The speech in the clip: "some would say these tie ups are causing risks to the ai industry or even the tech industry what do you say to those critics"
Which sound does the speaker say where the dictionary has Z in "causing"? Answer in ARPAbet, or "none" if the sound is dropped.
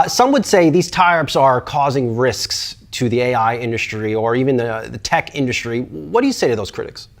Z